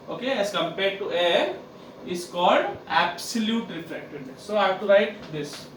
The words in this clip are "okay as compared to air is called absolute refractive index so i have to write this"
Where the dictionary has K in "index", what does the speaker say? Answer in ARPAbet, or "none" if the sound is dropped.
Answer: none